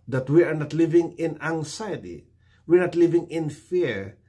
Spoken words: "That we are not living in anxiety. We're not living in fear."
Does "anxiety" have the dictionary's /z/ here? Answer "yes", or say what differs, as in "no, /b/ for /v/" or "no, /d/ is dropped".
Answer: no, /s/ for /z/